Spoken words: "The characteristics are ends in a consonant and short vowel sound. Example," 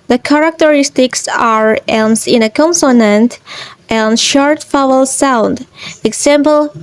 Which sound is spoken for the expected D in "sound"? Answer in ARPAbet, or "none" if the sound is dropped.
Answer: D